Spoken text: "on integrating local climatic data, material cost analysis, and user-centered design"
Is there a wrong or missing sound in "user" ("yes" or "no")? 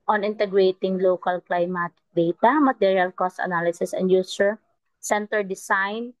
yes